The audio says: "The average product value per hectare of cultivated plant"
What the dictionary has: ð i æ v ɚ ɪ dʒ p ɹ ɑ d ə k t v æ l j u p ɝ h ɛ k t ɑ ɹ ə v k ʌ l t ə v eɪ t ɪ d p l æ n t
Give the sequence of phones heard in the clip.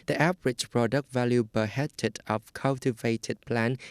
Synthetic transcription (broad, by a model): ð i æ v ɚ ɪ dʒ p ɹ ɑ d ə k t v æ l j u b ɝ h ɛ t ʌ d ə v k ʌ l t ə v eɪ t ɪ d p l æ n